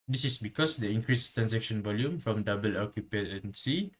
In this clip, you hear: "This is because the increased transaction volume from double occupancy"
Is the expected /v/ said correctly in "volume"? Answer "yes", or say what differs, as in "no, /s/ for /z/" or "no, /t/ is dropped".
yes